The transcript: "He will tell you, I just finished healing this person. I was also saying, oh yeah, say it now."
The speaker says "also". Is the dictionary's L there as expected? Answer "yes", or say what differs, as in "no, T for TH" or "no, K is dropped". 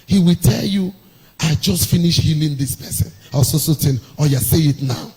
no, L is dropped